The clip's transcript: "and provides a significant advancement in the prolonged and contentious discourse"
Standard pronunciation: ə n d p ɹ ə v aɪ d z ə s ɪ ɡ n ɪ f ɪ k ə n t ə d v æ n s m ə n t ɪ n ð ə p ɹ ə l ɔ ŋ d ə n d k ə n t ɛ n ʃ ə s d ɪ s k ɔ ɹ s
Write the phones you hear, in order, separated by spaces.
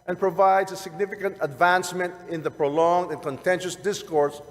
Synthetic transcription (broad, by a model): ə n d p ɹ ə v aɪ d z ə s ɪ ɡ n ɪ f ɪ k ə n t ə d v æ n s m ə n t ɪ n ð ə p ɹ ə l ɔ ŋ d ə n k ə n t ɛ n ʃ ə s d ɪ s k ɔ ɹ s